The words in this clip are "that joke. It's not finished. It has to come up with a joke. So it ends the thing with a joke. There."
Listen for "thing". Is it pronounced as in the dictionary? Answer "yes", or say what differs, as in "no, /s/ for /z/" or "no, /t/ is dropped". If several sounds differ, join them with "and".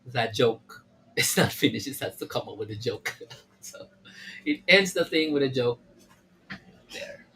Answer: yes